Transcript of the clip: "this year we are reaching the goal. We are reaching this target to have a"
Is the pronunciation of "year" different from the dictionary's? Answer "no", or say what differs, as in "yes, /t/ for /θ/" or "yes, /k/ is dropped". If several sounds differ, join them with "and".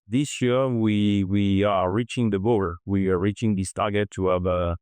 yes, /w/ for /ɹ/